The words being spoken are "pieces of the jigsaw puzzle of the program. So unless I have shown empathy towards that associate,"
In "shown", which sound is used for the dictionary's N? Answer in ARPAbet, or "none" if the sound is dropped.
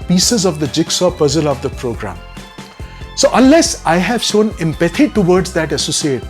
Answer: N